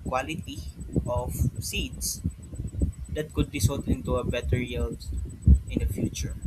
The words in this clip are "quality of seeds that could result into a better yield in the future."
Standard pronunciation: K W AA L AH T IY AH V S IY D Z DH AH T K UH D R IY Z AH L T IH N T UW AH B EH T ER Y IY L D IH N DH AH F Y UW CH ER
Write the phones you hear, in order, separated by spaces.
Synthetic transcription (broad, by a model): K W AA L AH T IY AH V S IY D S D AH T K UH D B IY S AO T IH N T UW AH B EH T ER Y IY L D IH N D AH F Y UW CH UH